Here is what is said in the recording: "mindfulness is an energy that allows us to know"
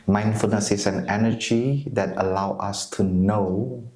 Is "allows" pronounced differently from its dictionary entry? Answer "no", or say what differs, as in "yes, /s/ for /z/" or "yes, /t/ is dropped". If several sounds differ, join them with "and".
yes, /z/ is dropped